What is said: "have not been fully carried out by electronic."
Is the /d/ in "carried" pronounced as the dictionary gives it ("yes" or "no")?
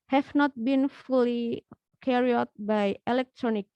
no